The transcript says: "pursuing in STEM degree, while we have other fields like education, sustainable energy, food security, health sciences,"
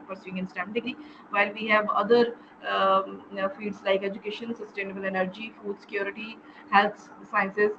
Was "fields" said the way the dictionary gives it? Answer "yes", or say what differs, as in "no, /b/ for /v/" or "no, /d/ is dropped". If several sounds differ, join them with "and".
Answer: no, /l/ is dropped